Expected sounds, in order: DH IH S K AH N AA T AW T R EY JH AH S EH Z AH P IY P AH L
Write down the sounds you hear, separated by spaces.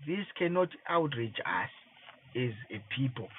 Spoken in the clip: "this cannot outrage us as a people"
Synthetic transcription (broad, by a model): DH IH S K AH N AA T AW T R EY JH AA S EH Z AH P IY P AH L